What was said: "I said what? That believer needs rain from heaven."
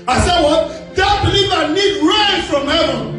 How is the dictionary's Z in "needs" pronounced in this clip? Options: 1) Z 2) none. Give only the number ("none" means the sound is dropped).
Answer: 2